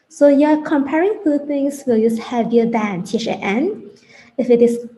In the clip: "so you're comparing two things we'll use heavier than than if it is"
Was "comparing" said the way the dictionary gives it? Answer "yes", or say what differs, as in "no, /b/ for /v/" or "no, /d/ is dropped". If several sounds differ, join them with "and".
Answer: yes